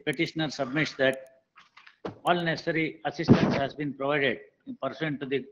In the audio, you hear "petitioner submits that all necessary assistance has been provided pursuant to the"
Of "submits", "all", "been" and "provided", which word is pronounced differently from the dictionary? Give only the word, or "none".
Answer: none